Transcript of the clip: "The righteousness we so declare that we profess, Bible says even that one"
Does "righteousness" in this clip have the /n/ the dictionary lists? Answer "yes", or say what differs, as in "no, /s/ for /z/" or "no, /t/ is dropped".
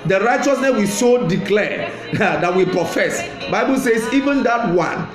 yes